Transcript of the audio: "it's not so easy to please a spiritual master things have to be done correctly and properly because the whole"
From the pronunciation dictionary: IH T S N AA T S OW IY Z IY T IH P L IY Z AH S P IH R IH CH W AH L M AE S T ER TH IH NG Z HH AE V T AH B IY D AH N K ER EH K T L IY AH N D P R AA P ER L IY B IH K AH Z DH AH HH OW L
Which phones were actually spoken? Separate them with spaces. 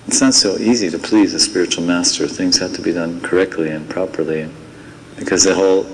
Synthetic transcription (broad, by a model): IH T S N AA T S OW IY Z IY T IH P L IY Z AH S P IH R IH CH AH L M AE S T ER TH IH NG Z HH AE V T AH B IY D AH N K ER EH K T L IY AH N P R AA P ER L IY B IH K AH Z DH AH HH OW L